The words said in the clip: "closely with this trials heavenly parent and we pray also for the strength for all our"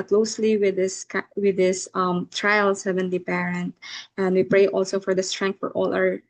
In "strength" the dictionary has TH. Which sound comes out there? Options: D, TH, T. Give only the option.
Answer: T